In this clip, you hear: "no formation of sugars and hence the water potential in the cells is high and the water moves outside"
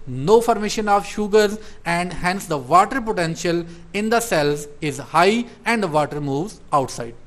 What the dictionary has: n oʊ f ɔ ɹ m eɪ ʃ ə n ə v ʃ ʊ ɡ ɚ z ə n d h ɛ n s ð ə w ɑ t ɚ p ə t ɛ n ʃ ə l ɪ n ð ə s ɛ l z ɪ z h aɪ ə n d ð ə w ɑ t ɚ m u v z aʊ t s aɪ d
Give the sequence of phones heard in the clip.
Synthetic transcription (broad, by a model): n oʊ f ɔ ɹ m eɪ ʃ ə n ə v ʃ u ɡ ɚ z ə n d h ɛ n s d ə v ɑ t ɚ p ə t ɛ n ʃ ə l ɪ n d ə s ɛ l z ɪ z h aɪ ə n d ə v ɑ t ɚ m u v z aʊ t s aɪ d